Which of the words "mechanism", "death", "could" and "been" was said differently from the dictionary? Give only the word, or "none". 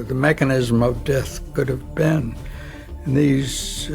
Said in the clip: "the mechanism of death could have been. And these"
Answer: none